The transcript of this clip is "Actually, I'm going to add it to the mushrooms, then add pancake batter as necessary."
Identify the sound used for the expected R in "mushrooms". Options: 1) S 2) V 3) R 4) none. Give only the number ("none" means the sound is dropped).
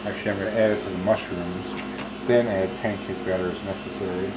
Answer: 3